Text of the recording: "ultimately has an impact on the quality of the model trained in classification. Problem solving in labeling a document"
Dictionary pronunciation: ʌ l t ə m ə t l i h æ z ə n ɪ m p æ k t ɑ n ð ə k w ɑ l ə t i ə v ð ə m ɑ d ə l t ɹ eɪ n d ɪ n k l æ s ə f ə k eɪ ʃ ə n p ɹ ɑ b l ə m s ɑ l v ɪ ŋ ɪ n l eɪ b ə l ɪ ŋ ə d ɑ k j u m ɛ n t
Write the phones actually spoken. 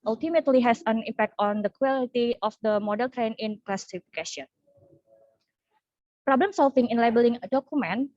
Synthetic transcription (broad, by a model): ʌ l t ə m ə t l i h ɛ s ə n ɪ m p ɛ k t ɑ n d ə k w ɑ l ə t i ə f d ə m ɑ d ə l t ɹ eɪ n ɪ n k l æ s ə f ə k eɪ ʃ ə n p ɹ ɑ b l ə m s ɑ l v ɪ ŋ ɪ n l eɪ b ə l ɪ ŋ ə d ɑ k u m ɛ n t